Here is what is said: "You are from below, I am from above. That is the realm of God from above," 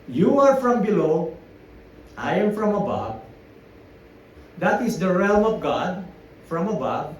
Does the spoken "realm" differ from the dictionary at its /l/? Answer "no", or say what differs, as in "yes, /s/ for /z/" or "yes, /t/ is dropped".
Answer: no